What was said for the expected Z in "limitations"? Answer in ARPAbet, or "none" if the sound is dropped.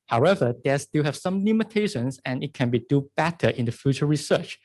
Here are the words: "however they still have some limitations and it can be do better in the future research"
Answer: S